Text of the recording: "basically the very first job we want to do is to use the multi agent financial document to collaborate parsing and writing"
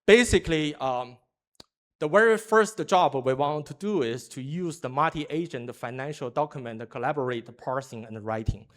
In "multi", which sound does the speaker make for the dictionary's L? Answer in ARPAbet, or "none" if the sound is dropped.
none